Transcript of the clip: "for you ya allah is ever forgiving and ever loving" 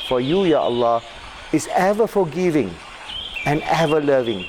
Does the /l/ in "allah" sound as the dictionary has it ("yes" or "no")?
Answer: yes